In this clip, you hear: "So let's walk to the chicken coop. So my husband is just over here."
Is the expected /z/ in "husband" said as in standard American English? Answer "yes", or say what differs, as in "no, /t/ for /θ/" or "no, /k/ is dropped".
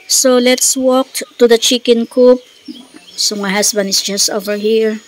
no, /s/ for /z/